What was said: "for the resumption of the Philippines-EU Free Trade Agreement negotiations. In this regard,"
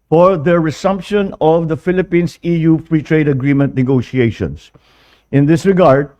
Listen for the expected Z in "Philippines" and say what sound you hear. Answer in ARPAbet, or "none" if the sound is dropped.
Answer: S